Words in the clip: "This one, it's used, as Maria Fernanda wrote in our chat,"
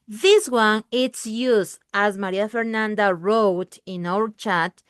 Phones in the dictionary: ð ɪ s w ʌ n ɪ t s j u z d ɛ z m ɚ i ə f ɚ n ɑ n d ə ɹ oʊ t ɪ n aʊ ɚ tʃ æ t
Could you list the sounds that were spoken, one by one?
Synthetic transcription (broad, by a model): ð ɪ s w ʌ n ɪ t s j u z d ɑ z m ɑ i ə f ɚ n ɑ n d ə ɹ oʊ t ɪ n aʊ ɚ tʃ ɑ t